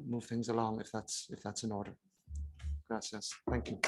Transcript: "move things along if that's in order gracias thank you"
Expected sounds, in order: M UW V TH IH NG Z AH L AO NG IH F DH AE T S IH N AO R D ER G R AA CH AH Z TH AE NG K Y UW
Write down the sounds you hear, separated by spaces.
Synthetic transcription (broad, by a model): M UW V TH IH NG Z AH L AO NG IH F DH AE T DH IH N AO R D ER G R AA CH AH S TH AE NG K Y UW